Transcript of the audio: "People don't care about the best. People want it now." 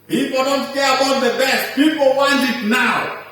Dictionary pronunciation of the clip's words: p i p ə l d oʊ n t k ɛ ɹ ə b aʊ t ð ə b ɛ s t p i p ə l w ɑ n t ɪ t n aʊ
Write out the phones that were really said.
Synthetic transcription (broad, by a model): p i p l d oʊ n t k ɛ w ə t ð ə b ɛ s t p i p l w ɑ n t ɪ t n aʊ